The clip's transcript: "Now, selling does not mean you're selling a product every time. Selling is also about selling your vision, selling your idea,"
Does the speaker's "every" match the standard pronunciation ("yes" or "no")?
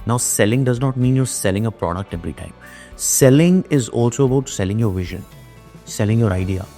no